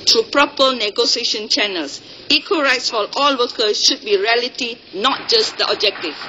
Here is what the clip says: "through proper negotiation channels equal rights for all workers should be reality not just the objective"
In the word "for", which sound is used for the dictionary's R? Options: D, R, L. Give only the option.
L